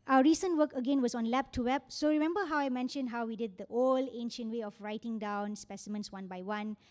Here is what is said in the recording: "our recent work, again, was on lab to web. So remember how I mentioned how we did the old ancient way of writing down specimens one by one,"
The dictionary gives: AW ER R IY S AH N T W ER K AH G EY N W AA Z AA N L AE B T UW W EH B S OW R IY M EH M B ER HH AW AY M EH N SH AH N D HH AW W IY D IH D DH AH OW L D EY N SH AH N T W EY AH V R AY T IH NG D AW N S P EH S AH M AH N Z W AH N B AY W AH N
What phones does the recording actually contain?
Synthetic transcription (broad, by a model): AW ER R IY S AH N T W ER K AH G EY N W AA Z AA N L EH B T UW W EH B S OW R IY M EH M B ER HH AW AY M EH N SH AH N D HH AW W IY D IH D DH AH OW L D EY N SH AH N T W EY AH F R AY T IH NG D AW N S P EH S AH M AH N S W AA N B AY W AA N